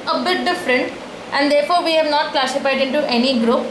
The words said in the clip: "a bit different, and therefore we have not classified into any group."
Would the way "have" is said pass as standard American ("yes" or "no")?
yes